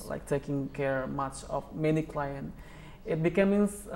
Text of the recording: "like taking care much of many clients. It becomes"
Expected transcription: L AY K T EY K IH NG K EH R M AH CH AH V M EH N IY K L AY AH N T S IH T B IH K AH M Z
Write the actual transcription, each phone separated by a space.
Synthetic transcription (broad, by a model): L AY K T EY K IH NG K EH R M AH CH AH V M EH N IY K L AY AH N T IH T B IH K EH M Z